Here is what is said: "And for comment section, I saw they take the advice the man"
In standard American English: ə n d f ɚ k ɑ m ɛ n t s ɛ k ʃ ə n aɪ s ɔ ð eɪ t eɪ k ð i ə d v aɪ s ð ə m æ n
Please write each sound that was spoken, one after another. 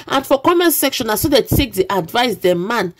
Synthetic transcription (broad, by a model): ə n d f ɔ k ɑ m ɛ n s ɛ k ʃ ə n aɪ s ɔ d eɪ t eɪ k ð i ə d v aɪ s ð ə m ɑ n